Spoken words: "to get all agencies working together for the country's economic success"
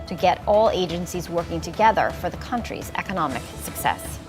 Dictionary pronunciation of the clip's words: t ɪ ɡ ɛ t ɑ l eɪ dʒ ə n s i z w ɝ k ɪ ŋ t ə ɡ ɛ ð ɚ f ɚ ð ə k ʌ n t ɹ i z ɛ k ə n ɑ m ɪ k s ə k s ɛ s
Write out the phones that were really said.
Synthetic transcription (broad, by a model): t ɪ ɡ ɛ t ɑ l eɪ dʒ ə n s i z w ɝ k ɪ ŋ t ə ɡ ɛ ð ɚ f ɚ ð ə k ʌ n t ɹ i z ɛ k ə n ɑ m ɪ k s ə k s ɛ s